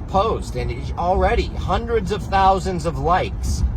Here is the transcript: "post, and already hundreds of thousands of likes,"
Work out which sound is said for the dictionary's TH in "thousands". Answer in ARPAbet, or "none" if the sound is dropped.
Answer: TH